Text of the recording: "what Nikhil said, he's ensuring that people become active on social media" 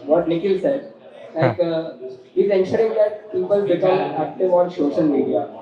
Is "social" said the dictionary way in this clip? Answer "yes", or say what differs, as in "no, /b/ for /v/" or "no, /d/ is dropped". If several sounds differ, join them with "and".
no, /ʃ/ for /s/